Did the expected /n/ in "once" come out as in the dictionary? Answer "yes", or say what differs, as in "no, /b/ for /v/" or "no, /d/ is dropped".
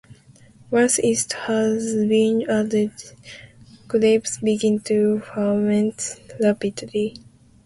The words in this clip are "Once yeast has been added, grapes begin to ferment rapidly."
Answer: no, /n/ is dropped